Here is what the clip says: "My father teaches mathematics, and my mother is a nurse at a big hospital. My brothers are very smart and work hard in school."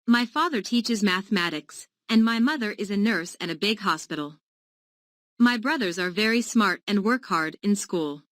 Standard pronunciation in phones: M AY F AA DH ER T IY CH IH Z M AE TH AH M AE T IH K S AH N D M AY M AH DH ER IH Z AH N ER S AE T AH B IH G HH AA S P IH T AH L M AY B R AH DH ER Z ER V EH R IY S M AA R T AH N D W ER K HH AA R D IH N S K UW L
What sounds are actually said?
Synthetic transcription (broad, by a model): M AY F AA DH ER T IY CH IH Z M AE TH AH M AE T IH K S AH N M AY M AH DH ER IH Z AH N ER S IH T AH B IH G HH AA S P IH T L M AY B R AH DH ER Z ER V EH R IY S M AA R T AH N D W ER K HH AA R D IH N S K UW L